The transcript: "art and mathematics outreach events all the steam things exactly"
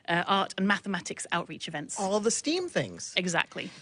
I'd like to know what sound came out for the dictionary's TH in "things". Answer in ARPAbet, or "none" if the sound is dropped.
TH